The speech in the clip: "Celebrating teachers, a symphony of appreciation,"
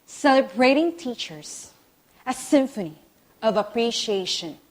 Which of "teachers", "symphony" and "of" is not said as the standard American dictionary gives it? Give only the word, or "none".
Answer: none